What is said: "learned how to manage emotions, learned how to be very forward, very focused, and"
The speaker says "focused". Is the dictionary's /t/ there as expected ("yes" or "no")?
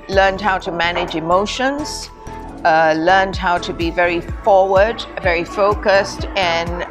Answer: yes